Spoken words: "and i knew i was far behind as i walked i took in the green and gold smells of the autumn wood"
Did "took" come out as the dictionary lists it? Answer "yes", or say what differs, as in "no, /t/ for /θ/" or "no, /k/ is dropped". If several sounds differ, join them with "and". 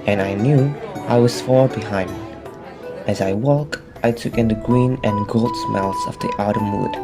yes